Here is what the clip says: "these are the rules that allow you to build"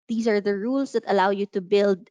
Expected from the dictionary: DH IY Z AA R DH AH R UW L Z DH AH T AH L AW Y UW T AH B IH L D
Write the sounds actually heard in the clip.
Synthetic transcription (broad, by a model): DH IY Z AA R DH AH R UW L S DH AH T AH L AW Y UW T AH B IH L D